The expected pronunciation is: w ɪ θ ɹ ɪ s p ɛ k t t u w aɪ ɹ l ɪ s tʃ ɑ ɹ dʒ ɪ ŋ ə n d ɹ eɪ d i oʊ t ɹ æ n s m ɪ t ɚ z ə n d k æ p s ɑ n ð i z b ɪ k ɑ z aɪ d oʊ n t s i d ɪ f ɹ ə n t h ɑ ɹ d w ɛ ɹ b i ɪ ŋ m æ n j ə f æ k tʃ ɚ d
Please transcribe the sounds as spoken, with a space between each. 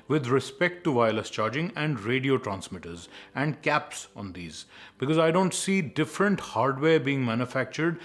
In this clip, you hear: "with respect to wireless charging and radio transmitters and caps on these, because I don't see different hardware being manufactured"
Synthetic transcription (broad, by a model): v ɪ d ɹ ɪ s p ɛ k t t u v aɪ l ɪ s tʃ ɑ ɹ dʒ ɪ ŋ ə n d ɹ eɪ d i oʊ t ɹ æ n s m ɪ t ɚ z ə n d k æ p s ɑ n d i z b ɪ k ɑ z aɪ d oʊ n t s i d ɪ f ɹ ə n t h ɑ ɹ d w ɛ ɹ b i ɪ ŋ m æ n j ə f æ k tʃ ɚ d